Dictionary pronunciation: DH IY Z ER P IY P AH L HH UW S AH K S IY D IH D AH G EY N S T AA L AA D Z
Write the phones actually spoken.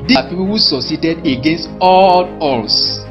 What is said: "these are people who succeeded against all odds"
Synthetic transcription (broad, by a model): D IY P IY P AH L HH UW S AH S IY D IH D AH G EY N S T AA L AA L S